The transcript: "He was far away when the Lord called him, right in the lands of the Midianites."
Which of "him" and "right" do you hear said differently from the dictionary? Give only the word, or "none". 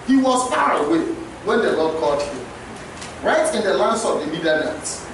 none